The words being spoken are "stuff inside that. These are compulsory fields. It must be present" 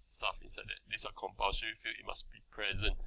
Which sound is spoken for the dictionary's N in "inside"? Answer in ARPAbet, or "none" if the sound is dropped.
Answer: N